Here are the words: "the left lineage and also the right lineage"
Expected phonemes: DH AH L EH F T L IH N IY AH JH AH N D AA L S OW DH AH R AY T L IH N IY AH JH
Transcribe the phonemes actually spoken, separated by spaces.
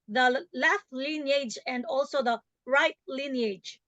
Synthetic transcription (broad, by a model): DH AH L EH F T L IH N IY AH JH AH N D AA L S OW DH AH R AY T L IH N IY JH